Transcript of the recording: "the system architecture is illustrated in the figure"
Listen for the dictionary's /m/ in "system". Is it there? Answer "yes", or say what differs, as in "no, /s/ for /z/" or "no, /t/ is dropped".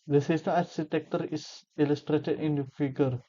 no, /m/ is dropped